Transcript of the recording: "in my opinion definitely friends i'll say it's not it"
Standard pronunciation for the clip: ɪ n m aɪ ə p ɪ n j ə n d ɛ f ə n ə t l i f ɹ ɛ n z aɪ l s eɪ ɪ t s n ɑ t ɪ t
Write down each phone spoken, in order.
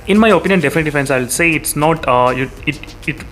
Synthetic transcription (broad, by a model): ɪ n m aɪ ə p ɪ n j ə n d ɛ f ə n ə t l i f ɛ n s aɪ l s eɪ ɪ t s n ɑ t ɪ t